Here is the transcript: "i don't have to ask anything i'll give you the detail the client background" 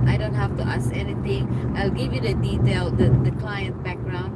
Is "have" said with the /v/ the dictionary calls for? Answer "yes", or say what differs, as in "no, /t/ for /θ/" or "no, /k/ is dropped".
no, /f/ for /v/